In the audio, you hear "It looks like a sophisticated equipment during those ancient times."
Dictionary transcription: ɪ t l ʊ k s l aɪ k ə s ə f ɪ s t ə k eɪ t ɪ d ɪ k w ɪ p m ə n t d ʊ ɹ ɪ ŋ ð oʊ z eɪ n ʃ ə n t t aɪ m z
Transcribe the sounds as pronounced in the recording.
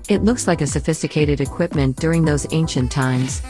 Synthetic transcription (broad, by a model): ɪ t l ʊ k s l aɪ k ə s ə f ɪ s t ə k eɪ t ɪ d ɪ k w ɪ p m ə n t d ʊ ɹ ɪ ŋ ð oʊ z eɪ n ʃ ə n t t aɪ m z